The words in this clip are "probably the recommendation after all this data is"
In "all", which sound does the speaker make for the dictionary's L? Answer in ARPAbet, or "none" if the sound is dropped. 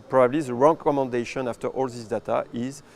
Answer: L